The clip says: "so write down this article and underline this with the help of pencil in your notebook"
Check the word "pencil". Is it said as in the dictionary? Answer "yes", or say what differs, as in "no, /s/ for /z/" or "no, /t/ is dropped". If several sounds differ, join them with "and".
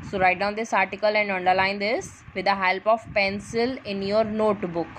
yes